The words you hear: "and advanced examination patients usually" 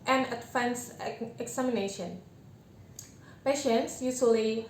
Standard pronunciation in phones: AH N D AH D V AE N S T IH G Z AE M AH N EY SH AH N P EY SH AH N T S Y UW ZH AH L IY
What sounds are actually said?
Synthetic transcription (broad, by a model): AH N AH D F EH N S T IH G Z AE M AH N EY SH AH N P EY SH AH N T S Y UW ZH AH L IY